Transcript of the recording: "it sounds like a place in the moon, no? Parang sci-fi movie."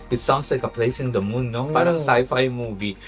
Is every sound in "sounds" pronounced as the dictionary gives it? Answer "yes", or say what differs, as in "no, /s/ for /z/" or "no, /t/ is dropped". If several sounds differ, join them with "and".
no, /s/ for /z/